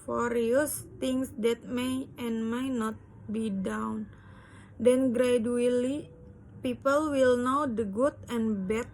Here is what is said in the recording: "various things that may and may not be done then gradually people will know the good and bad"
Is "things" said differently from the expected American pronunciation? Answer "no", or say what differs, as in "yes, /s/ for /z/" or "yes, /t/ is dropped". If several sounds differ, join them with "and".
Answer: yes, /t/ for /θ/